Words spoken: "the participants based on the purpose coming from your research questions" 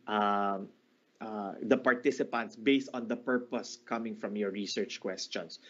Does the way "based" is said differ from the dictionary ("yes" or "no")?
no